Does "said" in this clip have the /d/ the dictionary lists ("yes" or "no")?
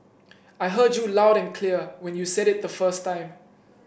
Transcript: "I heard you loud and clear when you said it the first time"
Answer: yes